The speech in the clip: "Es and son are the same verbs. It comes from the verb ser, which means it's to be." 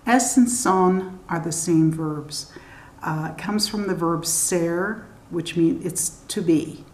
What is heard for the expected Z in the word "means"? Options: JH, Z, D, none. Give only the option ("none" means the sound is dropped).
none